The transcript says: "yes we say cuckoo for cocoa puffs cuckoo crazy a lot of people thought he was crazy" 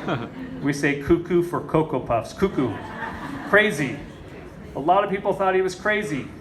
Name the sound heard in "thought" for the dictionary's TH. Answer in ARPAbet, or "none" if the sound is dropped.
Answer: TH